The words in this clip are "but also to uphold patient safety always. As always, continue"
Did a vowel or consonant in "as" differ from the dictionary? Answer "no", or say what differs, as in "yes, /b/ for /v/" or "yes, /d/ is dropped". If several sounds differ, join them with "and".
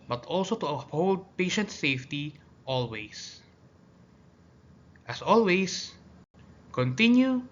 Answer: yes, /s/ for /z/